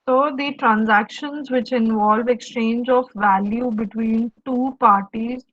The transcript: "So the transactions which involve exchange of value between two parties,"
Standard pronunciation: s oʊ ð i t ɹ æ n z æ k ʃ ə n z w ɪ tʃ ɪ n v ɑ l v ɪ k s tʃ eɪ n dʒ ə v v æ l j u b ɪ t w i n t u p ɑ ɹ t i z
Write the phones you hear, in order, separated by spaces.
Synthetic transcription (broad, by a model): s oʊ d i t ɹ æ n z æ k ʃ ə n z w ɪ tʃ ɪ n v ɑ l v ɪ k s tʃ eɪ n dʒ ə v v æ l j u b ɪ t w i n t u p ɑ ɹ t i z